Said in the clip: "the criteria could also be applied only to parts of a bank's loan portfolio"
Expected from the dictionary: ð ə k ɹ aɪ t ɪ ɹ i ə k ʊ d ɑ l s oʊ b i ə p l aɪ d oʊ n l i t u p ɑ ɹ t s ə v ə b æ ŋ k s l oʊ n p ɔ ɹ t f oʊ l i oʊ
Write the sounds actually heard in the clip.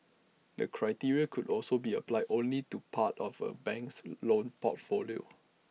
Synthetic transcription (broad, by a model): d ə k ɹ aɪ t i ɹ i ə k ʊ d ɑ l s oʊ b i ə p l aɪ d oʊ n l i t u p ɑ t ə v ə b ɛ ŋ k s l oʊ n p ɔ t f oʊ l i oʊ